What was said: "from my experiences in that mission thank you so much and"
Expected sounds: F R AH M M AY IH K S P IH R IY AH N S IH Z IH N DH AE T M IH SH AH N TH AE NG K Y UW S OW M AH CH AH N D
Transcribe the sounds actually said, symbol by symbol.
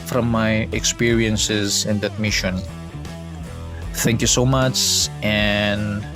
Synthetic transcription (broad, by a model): F R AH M M AY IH K S P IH R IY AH N S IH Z IH N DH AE T M IH SH AH N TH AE NG K Y UW S OW M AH CH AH N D